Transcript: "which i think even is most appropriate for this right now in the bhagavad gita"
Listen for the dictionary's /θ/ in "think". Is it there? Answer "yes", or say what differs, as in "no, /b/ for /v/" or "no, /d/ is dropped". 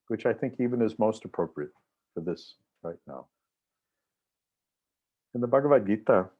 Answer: yes